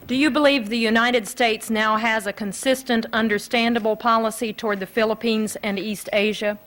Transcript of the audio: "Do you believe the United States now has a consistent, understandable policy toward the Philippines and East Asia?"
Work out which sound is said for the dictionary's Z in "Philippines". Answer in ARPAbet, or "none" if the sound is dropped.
Z